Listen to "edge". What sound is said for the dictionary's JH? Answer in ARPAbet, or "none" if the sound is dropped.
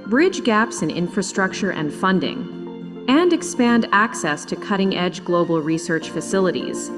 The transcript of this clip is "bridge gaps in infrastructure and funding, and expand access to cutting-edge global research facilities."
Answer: JH